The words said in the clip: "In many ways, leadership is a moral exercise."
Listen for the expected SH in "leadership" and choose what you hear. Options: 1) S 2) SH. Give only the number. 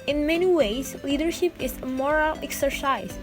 2